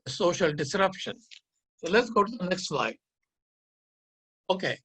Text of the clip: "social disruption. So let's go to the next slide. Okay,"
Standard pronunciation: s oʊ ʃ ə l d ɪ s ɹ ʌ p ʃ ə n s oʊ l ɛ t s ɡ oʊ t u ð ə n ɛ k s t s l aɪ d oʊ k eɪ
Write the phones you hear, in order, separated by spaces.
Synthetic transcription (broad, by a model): s oʊ ʃ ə l d ɪ s ɹ ʌ p ʃ ə n s oʊ l ɛ t s ɡ oʊ t u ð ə n ɛ k s t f l aɪ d oʊ k eɪ